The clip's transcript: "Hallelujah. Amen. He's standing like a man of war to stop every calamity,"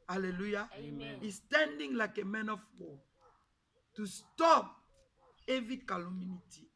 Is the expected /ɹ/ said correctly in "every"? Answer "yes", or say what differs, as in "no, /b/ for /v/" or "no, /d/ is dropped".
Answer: no, /ɹ/ is dropped